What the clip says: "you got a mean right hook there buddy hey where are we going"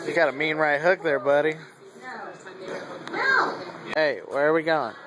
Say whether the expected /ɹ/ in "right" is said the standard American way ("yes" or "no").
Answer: yes